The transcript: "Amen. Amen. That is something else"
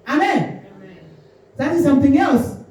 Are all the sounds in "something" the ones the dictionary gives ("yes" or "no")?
yes